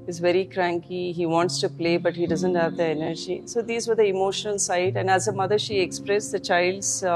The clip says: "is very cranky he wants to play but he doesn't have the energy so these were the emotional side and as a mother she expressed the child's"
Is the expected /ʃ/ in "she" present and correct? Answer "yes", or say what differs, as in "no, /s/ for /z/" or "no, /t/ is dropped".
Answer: yes